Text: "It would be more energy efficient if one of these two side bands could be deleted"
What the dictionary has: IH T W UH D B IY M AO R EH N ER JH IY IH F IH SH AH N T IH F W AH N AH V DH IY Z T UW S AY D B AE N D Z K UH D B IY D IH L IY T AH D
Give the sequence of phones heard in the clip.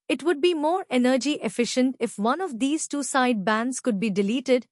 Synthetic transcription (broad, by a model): IH T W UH D B IY M AO R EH N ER JH IY IH F IH SH AH N T IH F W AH N AH V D IY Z T UW S AY D B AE N D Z K UH D B IY D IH L IY T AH D